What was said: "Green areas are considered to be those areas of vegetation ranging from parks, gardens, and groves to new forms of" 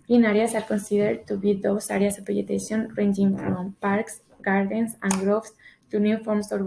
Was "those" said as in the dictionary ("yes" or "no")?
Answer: no